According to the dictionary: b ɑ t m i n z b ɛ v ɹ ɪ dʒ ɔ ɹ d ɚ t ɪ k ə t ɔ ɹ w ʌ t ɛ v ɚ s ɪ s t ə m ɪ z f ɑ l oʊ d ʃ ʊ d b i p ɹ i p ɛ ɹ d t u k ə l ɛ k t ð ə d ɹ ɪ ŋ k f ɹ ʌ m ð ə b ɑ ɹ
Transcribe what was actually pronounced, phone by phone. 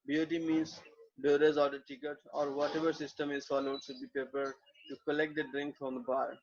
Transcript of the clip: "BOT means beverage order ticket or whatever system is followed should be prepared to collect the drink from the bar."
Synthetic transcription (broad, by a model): b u t m i n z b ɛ ɹ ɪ z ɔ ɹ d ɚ t ɪ k ə t ɔ ɹ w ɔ t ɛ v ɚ s ɪ s t ə m ɪ z f ɑ l oʊ d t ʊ b i p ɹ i p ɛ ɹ d t u k ə l ɛ k t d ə d ɹ ɪ ŋ k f ɹ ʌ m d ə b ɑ ɹ